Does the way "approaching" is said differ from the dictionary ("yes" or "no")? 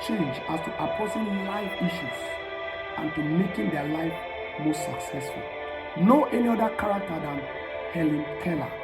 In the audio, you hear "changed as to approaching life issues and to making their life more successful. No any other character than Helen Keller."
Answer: yes